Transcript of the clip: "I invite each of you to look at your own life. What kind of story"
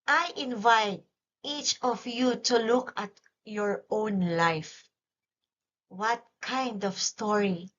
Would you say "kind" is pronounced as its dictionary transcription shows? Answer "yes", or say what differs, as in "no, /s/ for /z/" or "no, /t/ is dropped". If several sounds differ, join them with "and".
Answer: yes